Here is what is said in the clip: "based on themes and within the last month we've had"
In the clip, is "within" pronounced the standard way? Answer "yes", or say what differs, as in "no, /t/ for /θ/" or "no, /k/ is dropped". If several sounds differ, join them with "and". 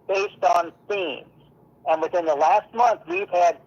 yes